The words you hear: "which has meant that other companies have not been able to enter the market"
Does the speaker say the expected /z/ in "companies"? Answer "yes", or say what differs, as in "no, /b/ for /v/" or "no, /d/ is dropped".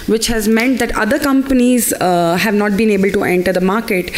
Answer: yes